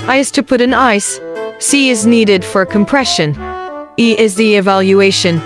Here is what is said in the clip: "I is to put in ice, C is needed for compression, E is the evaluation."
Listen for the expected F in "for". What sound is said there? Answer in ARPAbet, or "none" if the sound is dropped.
F